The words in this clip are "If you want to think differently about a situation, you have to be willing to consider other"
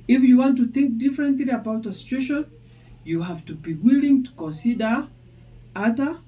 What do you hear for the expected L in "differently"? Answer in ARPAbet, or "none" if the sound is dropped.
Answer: L